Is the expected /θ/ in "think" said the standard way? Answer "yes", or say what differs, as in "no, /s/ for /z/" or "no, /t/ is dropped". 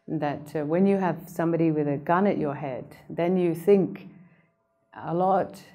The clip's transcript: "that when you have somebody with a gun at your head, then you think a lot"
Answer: yes